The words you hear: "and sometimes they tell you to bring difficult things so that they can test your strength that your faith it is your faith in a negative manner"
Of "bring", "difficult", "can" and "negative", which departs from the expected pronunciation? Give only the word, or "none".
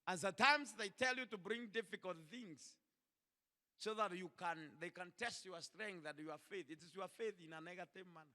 none